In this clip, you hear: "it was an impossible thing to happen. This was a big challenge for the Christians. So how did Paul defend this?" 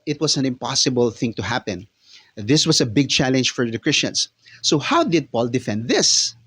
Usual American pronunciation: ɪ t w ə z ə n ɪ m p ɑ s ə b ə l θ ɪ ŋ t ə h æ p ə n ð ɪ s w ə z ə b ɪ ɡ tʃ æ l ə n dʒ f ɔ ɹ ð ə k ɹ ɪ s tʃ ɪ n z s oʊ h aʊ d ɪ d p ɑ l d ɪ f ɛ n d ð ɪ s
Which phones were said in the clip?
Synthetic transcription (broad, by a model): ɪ t w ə s ə n ɪ m p ɑ s ə b ə l θ ɪ ŋ t ə h æ p ə n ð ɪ s w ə s ə b ɪ ɡ tʃ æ l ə n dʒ f ɔ ɹ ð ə k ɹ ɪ s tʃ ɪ n s oʊ h aʊ d ɪ d p ɑ l d ɪ f ɛ n d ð ɪ s